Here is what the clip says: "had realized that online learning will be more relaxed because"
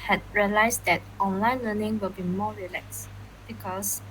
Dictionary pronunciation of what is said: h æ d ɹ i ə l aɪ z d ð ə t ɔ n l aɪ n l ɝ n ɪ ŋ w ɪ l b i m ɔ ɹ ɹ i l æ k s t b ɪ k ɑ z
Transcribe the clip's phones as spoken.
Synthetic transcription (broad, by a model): h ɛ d ɹ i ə l aɪ s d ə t ɔ n l aɪ n l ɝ n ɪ ŋ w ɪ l b i m ɔ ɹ ɹ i l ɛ k s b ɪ k ɑ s